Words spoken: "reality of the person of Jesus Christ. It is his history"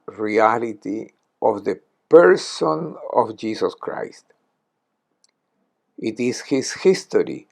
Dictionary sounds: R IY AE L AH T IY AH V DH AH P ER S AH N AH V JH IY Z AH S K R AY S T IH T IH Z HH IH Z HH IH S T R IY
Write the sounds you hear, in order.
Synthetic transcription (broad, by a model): R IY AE L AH T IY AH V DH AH P ER S AH N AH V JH IY S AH S K R AY S T IH T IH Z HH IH S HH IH S T R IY